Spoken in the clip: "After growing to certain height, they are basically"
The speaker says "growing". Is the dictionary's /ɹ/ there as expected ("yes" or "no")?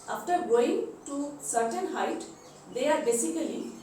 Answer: no